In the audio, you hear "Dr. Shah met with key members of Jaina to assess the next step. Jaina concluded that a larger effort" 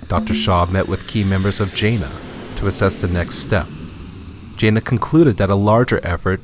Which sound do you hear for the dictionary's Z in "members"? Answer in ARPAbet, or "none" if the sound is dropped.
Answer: Z